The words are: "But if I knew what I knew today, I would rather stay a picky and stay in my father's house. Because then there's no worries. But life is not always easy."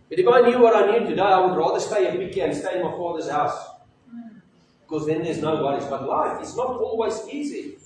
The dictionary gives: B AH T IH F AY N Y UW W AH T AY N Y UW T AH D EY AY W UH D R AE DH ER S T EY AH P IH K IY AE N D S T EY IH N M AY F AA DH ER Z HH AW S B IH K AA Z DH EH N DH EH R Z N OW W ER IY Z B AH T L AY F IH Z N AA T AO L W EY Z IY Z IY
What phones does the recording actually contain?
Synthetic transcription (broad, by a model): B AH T IH F AY N Y UW W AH T AY N Y UW T AH D EY AY W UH D R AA DH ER S T EY AH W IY K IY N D S T EY IH N M AY F AA DH ER Z HH AW S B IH K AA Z DH EH N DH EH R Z N OW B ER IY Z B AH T L AY F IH S N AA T AO L W EY Z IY Z IY